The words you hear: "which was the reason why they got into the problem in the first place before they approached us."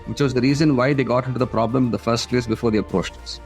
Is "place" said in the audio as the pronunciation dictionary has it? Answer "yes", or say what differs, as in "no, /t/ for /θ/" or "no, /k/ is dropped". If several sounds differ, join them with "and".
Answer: yes